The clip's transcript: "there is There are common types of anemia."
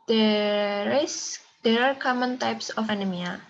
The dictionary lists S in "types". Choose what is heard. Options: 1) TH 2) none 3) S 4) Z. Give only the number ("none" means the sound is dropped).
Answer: 3